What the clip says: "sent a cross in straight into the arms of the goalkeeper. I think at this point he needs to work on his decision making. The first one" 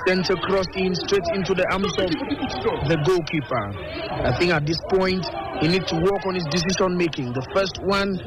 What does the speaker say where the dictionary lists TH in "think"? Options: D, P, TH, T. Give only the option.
TH